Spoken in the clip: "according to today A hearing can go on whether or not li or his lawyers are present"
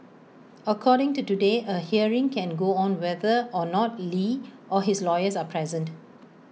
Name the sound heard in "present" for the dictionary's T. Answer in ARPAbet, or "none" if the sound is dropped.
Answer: T